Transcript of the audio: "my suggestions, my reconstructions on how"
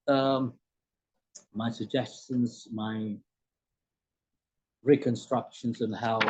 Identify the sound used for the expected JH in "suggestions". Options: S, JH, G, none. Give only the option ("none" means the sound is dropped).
JH